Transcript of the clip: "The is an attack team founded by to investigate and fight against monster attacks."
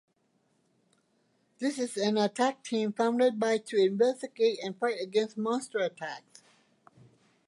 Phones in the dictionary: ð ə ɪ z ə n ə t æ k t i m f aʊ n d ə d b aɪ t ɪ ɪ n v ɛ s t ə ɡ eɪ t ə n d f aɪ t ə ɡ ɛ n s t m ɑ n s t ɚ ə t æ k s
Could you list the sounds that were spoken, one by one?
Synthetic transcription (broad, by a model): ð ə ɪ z ə n ə t æ k t i m f aʊ n d ə d b aɪ t ɪ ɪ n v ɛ s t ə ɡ eɪ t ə n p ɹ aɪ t ə ɡ ɛ n s t m ɑ n s t ɚ ə t æ k s